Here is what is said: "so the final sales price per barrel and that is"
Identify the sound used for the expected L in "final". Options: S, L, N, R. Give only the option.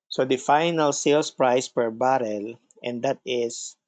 L